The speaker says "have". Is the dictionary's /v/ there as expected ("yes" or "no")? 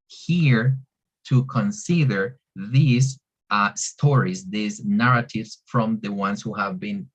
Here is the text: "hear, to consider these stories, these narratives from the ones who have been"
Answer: yes